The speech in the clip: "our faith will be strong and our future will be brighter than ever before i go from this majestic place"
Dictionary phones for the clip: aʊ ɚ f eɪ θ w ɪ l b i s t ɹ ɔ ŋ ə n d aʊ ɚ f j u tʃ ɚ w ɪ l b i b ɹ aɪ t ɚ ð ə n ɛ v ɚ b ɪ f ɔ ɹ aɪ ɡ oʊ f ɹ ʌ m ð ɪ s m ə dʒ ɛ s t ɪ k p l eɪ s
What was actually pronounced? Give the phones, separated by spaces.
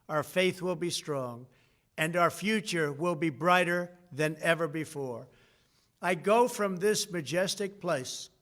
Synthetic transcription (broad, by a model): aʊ ɚ f eɪ θ w ɪ l b i s t ɹ ɔ ŋ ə n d aʊ ɚ f j u tʃ ɚ w ɪ l b i b ɹ aɪ t ɚ ð ə n ɛ v ɚ b ɪ f ɔ ɹ aɪ ɡ oʊ f ɹ ʌ m ð ɪ s m ə dʒ ɛ s t ɪ k p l eɪ s